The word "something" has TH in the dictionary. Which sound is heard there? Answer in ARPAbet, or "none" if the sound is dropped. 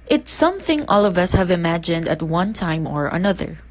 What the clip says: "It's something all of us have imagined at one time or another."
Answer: TH